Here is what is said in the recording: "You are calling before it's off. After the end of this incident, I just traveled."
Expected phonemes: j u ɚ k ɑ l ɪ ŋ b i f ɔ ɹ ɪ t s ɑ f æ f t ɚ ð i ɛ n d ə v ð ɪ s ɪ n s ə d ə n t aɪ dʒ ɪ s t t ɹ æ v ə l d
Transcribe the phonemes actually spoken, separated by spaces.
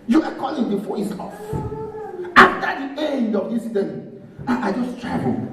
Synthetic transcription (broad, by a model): j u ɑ k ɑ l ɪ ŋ b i f ɔ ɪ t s ɑ f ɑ f t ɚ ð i ɛ n d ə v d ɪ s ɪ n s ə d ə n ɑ aɪ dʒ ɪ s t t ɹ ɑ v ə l